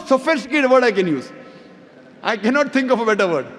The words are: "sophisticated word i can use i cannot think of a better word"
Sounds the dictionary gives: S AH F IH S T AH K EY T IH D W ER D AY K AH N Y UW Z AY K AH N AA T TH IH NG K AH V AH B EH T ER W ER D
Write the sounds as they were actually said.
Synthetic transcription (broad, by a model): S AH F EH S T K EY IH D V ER D AY K AH N Y UW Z AY K AH N AA T T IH NG K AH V AH B EH T ER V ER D